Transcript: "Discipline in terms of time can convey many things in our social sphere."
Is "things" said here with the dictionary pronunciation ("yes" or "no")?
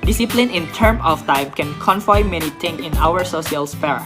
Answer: no